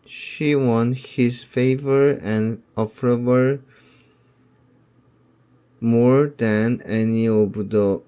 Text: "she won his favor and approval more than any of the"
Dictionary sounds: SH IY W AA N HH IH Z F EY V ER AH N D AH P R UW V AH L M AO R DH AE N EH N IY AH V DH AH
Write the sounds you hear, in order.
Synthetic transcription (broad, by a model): SH IY W AA N HH IH Z F EY V ER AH N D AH F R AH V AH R M AO R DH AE N EH N IY AH V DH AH